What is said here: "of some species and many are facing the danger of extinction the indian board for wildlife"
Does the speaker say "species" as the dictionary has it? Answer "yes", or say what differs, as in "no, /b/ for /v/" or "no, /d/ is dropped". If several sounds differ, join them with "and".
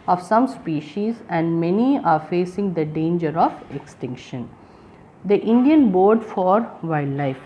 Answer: yes